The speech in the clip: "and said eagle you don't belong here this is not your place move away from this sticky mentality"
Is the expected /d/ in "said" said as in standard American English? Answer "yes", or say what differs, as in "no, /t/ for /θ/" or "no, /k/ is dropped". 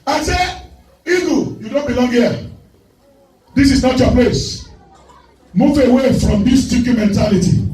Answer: no, /d/ is dropped